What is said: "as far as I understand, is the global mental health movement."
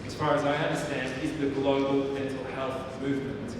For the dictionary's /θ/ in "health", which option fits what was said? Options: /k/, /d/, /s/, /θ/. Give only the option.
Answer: /θ/